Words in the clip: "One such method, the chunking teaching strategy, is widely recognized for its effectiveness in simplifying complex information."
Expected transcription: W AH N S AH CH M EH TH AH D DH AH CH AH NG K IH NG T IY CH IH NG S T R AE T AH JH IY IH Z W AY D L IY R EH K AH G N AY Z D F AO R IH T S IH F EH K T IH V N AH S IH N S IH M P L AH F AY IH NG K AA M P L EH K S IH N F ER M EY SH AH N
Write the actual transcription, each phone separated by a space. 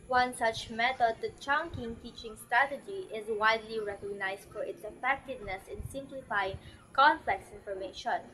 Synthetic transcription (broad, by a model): W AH N S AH CH M EH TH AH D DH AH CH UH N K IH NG T IY CH IH NG S T R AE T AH JH IY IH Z W AY D L IY R EH K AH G N AY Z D F AO R IH T S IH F EH K T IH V N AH S IH N S IH M P L AH F AY IH NG K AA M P L EH K S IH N F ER M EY SH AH N